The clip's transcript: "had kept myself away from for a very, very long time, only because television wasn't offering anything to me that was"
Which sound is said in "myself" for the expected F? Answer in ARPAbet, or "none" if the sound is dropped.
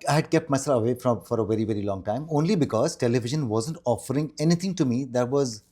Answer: none